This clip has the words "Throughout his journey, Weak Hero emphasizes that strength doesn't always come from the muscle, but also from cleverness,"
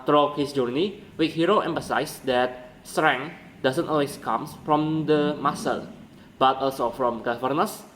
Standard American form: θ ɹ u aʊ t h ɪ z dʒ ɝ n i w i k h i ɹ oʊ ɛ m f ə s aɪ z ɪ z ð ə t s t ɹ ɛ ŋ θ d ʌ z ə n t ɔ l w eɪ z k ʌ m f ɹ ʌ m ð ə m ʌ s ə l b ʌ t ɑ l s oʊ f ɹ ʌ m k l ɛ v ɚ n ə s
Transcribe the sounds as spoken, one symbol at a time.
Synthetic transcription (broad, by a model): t ɹ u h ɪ s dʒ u n i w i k h i ɹ oʊ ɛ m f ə s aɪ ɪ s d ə t s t ɹ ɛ ŋ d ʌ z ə n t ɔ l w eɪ s k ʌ m f ɹ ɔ m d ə m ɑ s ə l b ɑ t ɑ l s oʊ f ɹ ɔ m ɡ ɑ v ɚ n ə s